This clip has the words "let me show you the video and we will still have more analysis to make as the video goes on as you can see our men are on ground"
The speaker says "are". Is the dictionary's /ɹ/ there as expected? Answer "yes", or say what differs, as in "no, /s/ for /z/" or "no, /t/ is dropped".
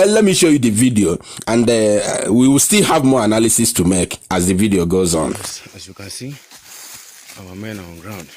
no, /w/ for /ɹ/